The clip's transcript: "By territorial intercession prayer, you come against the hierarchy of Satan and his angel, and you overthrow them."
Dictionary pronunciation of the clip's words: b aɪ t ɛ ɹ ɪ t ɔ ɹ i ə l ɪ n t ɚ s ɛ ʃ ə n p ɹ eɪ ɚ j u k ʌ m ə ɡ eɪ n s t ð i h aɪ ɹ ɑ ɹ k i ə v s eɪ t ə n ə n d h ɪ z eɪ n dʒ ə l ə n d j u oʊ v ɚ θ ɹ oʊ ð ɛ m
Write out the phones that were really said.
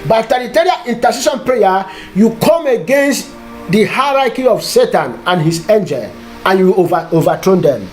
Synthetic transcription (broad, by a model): b aɪ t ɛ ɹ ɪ t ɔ ɹ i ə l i n t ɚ s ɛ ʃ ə n p ɹ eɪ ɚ j u k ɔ m ə ɡ eɪ n s t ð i h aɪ ɹ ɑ k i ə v s eɪ t ə n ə n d h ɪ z eɪ n dʒ ə l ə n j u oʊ v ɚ t ɹ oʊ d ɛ m